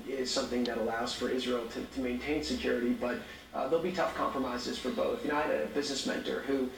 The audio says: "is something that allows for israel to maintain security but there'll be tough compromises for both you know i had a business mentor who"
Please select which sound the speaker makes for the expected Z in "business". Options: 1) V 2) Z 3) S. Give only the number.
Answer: 2